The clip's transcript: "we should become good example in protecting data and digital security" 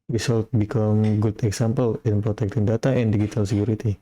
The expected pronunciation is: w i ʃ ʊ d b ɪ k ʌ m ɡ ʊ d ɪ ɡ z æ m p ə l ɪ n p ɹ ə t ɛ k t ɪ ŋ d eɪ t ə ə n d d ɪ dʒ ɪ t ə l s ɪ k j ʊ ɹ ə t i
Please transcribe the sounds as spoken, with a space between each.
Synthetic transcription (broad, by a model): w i s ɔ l b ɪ k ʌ m ɡ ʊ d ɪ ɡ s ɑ m p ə l ɪ n p ɹ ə t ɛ k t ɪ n d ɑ t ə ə n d d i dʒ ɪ t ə l s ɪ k j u ɹ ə t i